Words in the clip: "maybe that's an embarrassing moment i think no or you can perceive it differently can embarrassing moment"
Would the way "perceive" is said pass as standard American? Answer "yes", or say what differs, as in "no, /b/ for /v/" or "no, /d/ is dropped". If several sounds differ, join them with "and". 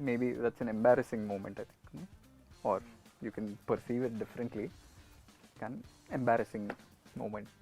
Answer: yes